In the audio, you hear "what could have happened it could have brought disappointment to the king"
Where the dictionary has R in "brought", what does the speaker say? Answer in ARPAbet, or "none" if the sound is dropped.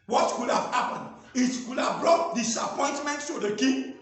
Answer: R